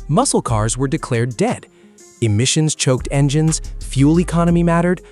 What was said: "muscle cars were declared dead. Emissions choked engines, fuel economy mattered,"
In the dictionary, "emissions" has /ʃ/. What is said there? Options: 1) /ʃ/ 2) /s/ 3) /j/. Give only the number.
1